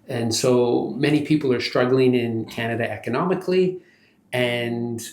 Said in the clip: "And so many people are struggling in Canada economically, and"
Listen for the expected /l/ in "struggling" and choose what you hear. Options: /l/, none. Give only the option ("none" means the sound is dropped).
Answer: /l/